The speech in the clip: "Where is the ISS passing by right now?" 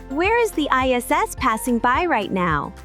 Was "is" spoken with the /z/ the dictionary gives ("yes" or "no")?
yes